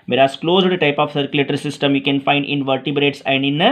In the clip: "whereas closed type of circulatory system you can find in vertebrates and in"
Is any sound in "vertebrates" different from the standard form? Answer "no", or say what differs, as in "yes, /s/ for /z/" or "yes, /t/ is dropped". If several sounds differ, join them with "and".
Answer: no